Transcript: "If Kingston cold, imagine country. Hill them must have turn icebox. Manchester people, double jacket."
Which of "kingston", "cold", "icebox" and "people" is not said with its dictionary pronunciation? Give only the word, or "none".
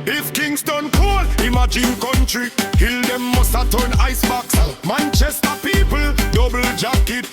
cold